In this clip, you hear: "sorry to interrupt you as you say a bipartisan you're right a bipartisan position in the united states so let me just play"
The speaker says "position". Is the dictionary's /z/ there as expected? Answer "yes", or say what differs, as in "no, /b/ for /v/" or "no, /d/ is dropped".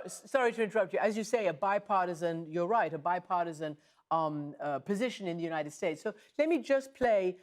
yes